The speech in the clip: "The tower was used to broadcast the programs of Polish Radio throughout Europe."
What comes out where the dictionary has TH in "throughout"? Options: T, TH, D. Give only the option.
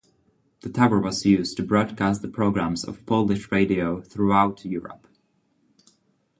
TH